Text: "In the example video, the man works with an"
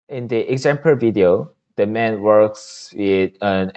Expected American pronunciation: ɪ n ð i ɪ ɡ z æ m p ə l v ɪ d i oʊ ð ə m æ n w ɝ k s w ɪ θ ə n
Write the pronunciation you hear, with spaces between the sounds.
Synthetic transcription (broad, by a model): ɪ n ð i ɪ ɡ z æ m p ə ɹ v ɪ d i oʊ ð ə m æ n w ɝ k s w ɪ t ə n